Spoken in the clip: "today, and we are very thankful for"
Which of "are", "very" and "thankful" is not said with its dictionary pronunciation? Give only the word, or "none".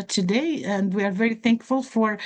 none